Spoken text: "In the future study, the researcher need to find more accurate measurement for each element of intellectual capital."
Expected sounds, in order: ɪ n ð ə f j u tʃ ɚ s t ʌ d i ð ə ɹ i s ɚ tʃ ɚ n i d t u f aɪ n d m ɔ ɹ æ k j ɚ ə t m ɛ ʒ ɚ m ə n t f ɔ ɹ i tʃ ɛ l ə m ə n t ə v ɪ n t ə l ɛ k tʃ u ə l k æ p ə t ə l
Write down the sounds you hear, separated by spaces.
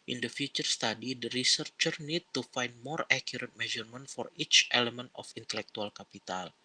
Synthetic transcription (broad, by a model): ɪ n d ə f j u tʃ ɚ s t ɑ d i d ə ɹ i s ɚ tʃ ɚ n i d t u f aɪ n d m ɔ ɹ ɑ k j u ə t m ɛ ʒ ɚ m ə n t f ɔ ɹ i tʃ ɛ l ə m ə n t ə f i n t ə l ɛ k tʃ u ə l k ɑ p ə t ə l